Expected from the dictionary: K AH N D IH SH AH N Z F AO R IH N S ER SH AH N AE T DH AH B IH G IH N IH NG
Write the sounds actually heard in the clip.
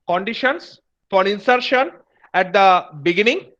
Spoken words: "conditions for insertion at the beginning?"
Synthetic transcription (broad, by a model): K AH N D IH SH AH N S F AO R IH N S ER SH AH N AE T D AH B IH G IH N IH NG